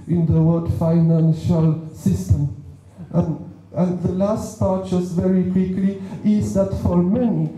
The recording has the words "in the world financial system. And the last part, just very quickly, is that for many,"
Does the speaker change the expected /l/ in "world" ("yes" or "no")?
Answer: yes